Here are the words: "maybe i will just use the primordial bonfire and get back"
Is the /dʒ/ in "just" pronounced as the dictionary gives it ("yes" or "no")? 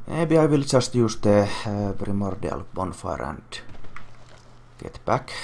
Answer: no